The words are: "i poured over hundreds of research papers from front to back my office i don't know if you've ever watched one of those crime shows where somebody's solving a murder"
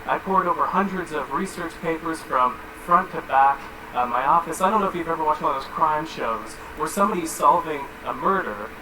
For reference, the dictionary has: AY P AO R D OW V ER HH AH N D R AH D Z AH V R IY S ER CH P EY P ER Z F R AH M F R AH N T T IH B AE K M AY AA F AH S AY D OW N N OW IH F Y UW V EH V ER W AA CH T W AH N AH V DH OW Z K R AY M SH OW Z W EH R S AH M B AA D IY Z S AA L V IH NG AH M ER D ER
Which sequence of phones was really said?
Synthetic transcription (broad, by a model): AY P AO R D OW V ER HH AH N D R AH D Z AH V R IY S ER CH P EY P ER Z F R AH M F R AH N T T IH B AE K M AY AA F AH S AY D OW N N OW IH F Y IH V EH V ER W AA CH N DH OW Z K R AY M SH OW Z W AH R S AH M B AA D IY Z S AA L V IH NG AH M ER D ER